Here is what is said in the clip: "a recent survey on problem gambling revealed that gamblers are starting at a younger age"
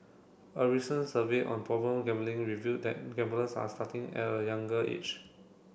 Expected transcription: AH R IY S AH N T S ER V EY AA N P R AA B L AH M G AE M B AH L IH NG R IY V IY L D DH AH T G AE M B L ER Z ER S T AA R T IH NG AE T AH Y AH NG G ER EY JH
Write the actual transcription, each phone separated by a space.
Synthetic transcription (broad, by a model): AH R IY S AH N S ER V EY AA N P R AA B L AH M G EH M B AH L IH NG R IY V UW D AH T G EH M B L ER S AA S T AA T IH NG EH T AH Y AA NG G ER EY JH